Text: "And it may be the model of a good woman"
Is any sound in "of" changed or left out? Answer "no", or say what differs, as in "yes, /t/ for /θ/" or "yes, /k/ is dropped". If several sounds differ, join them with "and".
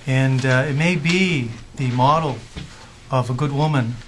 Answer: no